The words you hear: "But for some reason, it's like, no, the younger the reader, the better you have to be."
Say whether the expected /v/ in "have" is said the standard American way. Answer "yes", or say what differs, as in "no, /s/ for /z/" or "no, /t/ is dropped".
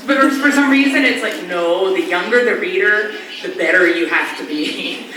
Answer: no, /f/ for /v/